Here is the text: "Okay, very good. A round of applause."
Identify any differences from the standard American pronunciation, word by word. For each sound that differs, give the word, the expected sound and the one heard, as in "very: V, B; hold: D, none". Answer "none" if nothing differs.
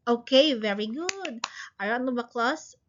of: V, B